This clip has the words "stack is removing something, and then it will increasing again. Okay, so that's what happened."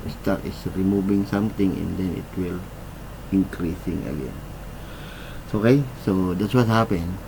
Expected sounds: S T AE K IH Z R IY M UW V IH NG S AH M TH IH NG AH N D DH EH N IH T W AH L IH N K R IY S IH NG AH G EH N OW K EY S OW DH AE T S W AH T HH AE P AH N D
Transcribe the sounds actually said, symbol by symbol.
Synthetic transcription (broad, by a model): S T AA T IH S R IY M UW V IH NG S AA M T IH NG AH N D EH N IH T W AH L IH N K R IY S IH NG AH G EH N OW K EY S OW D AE T S W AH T HH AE P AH N